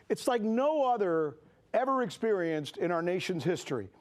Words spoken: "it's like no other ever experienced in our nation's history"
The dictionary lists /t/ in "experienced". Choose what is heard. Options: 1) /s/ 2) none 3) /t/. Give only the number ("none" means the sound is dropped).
3